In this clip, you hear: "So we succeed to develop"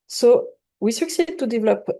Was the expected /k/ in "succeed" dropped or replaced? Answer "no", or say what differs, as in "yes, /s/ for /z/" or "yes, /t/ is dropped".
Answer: no